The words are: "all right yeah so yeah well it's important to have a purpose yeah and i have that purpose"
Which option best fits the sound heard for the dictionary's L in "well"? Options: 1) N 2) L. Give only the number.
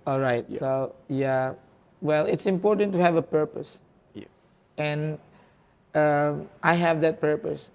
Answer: 2